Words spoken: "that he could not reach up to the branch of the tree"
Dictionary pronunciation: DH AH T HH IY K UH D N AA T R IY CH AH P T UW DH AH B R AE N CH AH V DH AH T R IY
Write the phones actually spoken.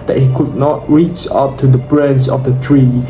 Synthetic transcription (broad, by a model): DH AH T HH IY K UH D N AA T R IY CH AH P T UW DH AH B R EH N S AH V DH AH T R IY